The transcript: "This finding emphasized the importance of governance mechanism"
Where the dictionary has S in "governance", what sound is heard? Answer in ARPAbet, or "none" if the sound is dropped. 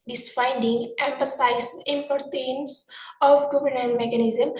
none